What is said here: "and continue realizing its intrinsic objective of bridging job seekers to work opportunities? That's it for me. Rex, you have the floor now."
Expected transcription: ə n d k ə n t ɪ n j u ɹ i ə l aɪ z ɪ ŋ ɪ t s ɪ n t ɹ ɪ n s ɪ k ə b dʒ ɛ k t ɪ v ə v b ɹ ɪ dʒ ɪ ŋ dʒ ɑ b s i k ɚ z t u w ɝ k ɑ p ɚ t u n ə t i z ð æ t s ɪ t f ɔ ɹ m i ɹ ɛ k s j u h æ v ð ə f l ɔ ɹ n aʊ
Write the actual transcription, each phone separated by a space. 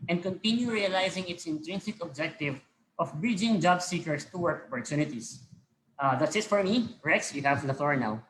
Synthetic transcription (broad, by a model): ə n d k ə n t ɪ n j u ɹ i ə l aɪ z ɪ ŋ ɪ t s ɪ n t ɹ ɪ n s ɪ k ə b dʒ ɛ k t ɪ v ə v b ɹ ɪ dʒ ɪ ŋ dʒ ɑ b s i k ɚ s t u w ɝ k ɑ p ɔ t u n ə t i s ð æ t s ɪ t f ɔ ɹ m i ɹ ɛ k s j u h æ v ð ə f l ɔ ɹ n aʊ